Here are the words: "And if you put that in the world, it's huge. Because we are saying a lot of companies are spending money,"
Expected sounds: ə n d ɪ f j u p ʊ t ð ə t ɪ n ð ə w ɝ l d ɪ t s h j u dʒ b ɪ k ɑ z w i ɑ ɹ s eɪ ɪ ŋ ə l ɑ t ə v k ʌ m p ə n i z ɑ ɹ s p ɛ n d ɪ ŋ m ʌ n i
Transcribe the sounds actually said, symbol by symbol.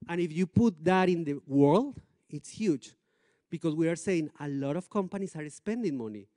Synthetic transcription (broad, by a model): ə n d ɪ f j u p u t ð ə t ɪ n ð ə w ɝ l d ɪ t s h j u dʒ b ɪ k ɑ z w i ɑ ɹ s eɪ ɪ ŋ ə l ɑ t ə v k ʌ m p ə n i s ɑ ɹ s p ɛ n d ɪ ŋ m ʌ n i